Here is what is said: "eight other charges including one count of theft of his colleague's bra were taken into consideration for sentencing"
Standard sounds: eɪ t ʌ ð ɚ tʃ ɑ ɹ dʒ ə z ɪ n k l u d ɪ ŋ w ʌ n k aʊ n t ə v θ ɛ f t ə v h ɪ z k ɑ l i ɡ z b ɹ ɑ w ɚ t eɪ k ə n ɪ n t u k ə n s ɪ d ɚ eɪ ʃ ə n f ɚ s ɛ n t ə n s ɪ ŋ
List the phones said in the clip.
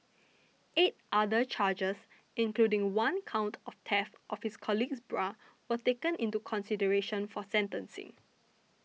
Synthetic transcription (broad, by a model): eɪ t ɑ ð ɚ tʃ ɑ dʒ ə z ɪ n k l u d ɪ ŋ w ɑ n k aʊ n t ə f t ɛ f t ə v h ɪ s k ɑ l i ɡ s b ɹ ɑ w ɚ t eɪ k ə n ɪ n t u k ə n s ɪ d ɚ eɪ ʃ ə n f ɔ s ɛ n t ə n s ɪ ŋ